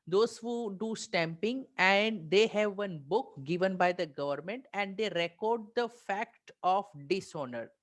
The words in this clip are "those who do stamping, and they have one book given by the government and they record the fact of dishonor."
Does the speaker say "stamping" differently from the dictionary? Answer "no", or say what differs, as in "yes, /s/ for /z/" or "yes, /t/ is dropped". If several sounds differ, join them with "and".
no